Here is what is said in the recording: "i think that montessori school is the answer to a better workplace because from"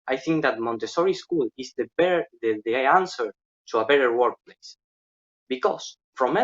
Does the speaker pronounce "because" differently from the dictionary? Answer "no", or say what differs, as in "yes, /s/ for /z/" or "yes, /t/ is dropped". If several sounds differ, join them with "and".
yes, /s/ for /z/